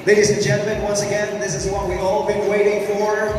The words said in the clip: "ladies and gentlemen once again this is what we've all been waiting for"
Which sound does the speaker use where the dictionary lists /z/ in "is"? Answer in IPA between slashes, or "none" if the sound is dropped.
/z/